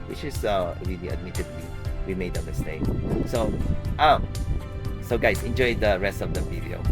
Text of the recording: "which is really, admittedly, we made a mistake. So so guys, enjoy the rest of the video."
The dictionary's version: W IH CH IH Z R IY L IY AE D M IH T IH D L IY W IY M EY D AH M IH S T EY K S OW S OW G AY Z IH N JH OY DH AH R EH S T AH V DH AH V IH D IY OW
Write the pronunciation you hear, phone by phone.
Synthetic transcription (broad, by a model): W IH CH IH S R IY L IY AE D M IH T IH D W IY W IY M EY D AH M IH S T EY K S OW S OW G AY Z IH N JH OY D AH R EH S T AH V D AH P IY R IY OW